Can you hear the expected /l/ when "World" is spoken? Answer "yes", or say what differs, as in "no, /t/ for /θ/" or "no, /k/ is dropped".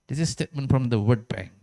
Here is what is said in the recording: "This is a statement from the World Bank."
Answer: no, /l/ is dropped